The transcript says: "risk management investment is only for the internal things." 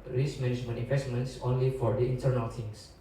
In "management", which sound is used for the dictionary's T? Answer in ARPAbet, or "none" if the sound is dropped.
none